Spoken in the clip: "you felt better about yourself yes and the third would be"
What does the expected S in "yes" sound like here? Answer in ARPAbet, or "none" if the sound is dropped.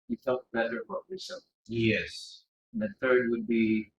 S